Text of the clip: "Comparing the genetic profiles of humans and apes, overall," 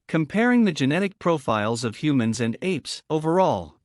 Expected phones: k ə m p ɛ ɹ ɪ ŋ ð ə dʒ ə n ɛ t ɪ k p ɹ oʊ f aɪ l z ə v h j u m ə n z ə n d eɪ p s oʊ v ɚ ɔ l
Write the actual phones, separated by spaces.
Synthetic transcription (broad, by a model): k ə m p ɛ ɹ ɪ ŋ ð ə dʒ ə n ɛ t ɪ k p ɹ oʊ f aɪ l z ə v h j u m ə n z ə n d eɪ p s oʊ v ɚ ɔ l